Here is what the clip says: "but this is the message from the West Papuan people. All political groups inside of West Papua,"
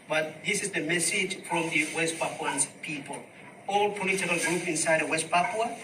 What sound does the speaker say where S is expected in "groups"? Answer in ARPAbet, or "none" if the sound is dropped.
none